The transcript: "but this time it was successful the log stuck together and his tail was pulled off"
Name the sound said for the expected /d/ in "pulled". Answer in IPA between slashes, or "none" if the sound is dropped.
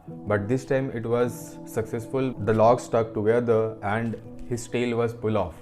none